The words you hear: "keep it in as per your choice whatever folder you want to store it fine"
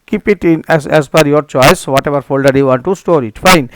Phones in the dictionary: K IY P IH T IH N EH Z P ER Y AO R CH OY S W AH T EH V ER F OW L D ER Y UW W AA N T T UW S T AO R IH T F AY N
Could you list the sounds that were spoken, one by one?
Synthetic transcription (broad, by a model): K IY P IH T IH N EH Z F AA Y AO R CH OY S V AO T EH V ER F OW L D ER Y UW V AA N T T UW S T AO R IH T F AY N